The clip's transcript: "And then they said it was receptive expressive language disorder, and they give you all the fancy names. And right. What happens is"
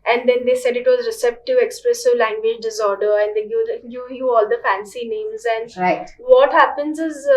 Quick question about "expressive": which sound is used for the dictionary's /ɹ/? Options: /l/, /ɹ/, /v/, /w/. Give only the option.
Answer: /ɹ/